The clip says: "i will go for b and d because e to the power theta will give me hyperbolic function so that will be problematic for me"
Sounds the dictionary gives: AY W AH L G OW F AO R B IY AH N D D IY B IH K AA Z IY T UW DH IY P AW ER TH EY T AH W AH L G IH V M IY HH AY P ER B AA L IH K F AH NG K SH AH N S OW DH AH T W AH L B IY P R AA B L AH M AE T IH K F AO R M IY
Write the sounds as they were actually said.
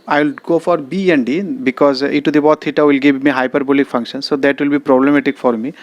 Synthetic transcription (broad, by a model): AY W L G OW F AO R B IY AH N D D IY B IH K AA Z IY T UW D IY B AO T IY T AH W AH L G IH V M IY HH AY P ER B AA L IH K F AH NG K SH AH N S OW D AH T W AH L B IY P R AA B L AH M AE T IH K F AO R M IY